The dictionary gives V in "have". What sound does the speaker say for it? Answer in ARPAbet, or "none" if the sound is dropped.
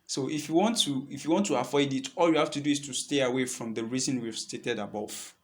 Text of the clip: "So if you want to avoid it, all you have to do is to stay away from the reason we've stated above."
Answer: F